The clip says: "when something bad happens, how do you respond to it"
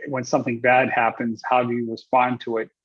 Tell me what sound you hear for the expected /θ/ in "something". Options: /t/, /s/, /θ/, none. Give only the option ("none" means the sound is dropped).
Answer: /θ/